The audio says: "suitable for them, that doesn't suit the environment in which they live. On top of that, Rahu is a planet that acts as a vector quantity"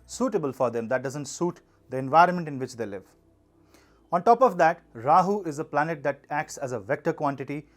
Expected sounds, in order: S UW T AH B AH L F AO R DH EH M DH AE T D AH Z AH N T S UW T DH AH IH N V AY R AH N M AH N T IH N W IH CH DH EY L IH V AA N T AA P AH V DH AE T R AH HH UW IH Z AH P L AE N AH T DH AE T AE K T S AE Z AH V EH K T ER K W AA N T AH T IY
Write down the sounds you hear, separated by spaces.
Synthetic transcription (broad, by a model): S UW T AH B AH L F AO R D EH M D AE T D AH Z AH N T S UW T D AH IH N V AY R AH N M AH N T IH N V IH CH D EY L IH V AA N T AA P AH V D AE T R AH HH UW IH Z AH P L AE N AH T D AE T AE K T S AE Z AH V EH K T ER K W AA N T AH T IY